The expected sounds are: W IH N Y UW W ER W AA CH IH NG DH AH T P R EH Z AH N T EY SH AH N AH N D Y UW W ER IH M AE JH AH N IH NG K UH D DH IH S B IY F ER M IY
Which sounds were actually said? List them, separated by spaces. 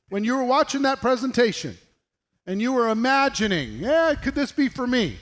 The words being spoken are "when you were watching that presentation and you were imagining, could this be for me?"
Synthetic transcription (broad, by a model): W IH N Y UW W ER W AA CH IH NG DH AH T P R EH Z AH N T EY SH AH N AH N Y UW W ER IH M AE JH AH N IH NG K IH D DH IH S B IY F ER M IY